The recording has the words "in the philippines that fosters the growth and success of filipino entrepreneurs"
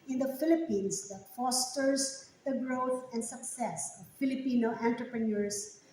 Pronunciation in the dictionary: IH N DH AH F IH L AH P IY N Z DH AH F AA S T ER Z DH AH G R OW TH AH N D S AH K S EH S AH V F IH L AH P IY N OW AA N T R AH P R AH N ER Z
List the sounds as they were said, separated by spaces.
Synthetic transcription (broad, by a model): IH N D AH F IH L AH P IY N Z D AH F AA S T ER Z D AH G R OW T AH N D S AH K S EH S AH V F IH L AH P IY N OW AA N T R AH P R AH N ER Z